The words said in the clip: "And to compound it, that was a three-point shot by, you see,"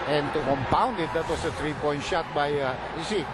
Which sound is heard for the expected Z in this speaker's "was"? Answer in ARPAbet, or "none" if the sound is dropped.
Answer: S